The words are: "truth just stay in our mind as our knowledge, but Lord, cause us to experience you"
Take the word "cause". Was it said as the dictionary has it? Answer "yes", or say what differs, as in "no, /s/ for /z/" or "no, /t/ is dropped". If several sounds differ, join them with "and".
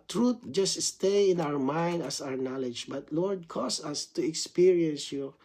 no, /s/ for /z/